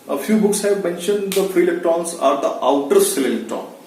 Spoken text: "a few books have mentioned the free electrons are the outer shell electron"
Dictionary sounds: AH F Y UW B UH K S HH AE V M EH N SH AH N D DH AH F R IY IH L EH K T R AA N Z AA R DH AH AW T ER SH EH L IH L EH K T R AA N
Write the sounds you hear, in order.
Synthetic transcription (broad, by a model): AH F Y UW B UH K S HH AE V M EH N SH AH N D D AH F R IY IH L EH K T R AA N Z AA R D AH AW T ER S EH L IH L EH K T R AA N